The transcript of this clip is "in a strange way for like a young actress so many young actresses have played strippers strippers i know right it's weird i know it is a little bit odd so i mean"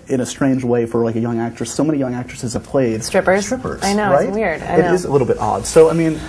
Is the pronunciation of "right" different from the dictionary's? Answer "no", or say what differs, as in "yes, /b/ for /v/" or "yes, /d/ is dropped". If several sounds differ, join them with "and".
yes, /t/ is dropped